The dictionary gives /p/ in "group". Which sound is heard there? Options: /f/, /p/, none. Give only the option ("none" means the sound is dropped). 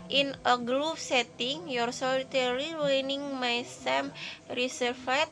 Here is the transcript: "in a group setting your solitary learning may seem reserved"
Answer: /f/